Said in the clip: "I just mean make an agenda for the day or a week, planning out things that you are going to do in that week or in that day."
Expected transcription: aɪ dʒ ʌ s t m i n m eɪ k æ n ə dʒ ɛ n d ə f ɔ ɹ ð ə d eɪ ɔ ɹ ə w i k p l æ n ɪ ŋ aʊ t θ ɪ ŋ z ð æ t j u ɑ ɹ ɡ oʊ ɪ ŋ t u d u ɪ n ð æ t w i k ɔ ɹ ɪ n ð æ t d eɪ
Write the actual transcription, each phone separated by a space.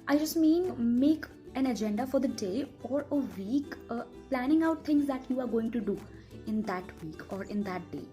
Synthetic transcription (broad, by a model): aɪ dʒ ʌ s t m i n m eɪ k æ n ə dʒ ɛ n d ə f ɔ ɹ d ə d eɪ ɔ ɹ ə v i k p l æ n ɪ ŋ aʊ t t ɪ ŋ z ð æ t j u ɑ ɹ ɡ oʊ ɪ ŋ t u d u ɪ n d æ t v i k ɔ ɹ ɪ n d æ t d eɪ